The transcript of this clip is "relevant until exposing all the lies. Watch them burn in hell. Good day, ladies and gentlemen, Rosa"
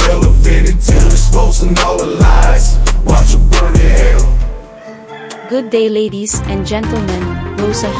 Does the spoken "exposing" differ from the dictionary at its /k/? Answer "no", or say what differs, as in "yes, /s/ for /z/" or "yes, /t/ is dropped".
yes, /k/ is dropped